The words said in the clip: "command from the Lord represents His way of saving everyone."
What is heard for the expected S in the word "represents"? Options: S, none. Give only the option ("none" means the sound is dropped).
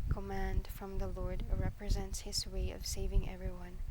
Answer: S